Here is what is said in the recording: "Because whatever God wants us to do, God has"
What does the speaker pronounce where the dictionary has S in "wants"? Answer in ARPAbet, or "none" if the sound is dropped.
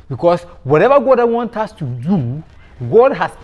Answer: none